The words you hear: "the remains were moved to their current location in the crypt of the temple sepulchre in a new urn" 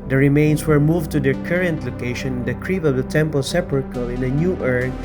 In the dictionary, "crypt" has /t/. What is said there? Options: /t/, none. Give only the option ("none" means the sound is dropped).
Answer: none